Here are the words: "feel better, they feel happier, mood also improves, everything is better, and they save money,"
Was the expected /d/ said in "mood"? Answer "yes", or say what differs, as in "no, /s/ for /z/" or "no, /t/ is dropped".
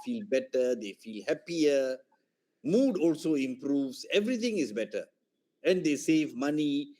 yes